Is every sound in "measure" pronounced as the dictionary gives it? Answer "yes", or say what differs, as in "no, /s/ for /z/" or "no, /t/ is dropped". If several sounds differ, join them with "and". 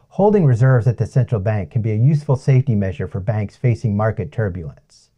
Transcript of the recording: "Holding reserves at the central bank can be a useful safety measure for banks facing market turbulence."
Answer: yes